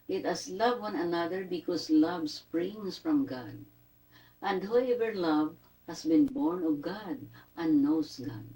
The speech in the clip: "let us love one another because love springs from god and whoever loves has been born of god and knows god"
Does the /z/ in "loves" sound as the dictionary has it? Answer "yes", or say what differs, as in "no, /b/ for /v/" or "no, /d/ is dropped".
no, /z/ is dropped